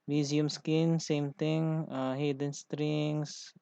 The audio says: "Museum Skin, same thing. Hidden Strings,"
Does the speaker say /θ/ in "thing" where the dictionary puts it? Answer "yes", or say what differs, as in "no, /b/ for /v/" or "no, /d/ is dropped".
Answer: no, /t/ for /θ/